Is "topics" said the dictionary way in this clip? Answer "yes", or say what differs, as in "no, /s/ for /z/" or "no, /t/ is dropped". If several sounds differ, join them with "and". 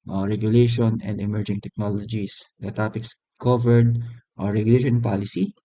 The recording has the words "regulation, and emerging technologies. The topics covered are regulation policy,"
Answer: yes